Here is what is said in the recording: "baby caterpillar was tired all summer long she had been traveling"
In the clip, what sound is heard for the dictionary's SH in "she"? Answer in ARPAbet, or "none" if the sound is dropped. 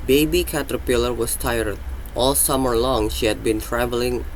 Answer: SH